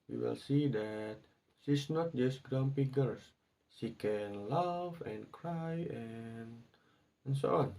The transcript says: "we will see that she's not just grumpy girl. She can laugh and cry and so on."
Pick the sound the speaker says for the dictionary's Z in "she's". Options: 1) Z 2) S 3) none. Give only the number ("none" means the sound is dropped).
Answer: 2